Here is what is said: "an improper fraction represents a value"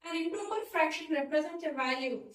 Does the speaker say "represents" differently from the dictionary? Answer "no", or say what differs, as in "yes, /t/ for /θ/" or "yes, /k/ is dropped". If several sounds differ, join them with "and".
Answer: yes, /s/ is dropped